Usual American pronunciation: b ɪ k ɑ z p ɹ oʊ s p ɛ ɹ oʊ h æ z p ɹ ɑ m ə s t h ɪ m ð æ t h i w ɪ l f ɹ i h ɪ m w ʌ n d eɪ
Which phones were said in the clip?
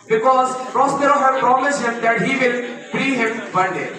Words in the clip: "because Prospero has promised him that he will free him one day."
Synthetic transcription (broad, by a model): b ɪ k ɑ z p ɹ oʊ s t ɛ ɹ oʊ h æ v p ɹ ɑ m ə s t h ɪ m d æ t h i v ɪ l p ɹ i h ɪ m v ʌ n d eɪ